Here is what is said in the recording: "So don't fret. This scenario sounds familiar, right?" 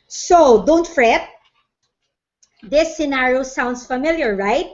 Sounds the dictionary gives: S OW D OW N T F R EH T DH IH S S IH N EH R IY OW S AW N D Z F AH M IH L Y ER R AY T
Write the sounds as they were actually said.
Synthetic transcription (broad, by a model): S OW D OW N T F R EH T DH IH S S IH N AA R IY OW S AW N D S F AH M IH L Y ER R AY T